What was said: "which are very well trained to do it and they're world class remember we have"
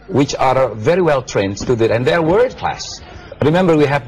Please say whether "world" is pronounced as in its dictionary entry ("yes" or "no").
no